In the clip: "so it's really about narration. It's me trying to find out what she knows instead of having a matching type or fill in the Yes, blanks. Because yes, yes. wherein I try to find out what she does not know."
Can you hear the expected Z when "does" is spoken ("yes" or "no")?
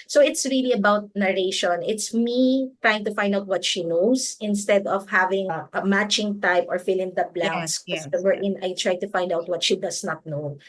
no